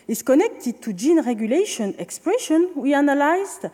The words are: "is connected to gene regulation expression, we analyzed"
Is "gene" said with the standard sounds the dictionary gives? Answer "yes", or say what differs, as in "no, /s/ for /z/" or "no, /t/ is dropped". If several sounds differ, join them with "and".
yes